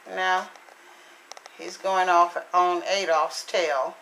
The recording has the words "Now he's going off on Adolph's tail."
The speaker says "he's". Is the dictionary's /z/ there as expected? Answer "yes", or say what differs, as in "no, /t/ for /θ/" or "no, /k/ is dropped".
yes